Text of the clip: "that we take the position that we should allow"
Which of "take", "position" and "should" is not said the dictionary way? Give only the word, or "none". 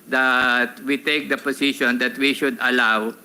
position